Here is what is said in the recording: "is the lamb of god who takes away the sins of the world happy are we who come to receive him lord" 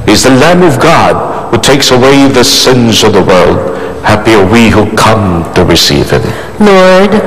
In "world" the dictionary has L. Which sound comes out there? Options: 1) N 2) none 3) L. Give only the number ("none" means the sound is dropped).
3